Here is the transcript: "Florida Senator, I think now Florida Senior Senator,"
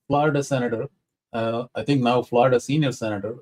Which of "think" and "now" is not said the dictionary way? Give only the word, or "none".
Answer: think